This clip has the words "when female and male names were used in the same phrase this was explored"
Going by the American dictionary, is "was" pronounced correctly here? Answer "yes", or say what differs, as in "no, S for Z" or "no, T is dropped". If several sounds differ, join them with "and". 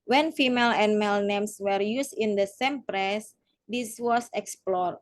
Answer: no, S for Z